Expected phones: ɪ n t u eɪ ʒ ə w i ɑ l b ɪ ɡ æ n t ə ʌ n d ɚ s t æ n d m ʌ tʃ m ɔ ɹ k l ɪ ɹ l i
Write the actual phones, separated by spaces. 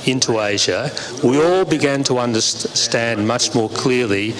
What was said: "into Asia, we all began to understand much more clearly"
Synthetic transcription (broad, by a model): ɪ n t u eɪ ʒ ə w i ɑ l b ɪ ɡ æ n t ə ʌ n d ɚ s t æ n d m ʌ tʃ m ɔ ɹ k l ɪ ɹ l i